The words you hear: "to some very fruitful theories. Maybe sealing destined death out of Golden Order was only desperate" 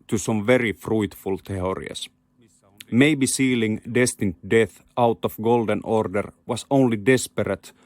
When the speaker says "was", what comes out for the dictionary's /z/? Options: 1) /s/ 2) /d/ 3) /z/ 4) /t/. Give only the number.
1